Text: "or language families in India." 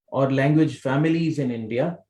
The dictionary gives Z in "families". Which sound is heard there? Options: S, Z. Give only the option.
Z